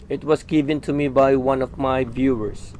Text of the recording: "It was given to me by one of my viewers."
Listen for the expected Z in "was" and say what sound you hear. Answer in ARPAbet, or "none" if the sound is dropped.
S